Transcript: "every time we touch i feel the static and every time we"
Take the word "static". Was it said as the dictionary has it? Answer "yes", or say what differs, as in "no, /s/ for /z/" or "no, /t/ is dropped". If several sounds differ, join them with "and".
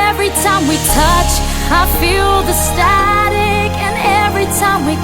yes